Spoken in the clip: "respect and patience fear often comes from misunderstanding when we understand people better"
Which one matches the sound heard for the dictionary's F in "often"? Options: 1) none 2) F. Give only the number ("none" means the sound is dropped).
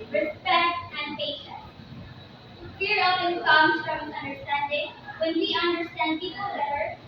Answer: 1